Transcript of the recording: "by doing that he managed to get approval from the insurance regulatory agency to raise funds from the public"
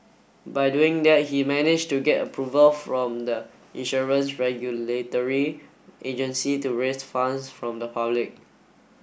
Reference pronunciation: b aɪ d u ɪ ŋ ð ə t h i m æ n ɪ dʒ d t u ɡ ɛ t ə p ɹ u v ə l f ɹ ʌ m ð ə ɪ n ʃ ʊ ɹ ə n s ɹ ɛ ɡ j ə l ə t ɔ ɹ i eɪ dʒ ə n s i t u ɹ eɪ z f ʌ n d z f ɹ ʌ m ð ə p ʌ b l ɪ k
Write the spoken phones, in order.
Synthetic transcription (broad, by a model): b aɪ d u ɪ ŋ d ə t h i m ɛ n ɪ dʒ t u ɡ ɛ t ə p ɹ u v ə l f ɹ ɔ m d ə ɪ n ʃ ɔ ɹ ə n s ɹ ɛ ɡ j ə l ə t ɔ ɹ i eɪ dʒ ə n s i t u ɹ eɪ s f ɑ n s f ɹ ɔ m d ə p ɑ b l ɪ k